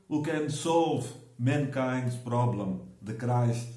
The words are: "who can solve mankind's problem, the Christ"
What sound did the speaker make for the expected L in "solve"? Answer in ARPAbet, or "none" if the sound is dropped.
L